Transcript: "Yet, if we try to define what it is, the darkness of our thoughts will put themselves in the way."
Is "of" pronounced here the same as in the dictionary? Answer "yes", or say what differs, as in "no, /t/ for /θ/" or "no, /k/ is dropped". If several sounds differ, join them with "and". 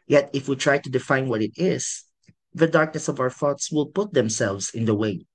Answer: yes